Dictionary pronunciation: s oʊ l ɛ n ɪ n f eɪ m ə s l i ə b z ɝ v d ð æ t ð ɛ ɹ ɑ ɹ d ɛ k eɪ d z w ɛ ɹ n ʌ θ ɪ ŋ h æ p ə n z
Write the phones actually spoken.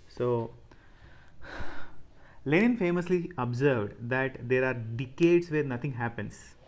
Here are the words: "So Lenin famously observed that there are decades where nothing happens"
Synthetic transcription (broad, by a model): s oʊ l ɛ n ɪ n f eɪ m ə s l i ə b z ɝ v d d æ t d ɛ ɹ ɑ ɹ d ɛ k eɪ d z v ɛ ɹ n ʌ t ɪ ŋ h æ p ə n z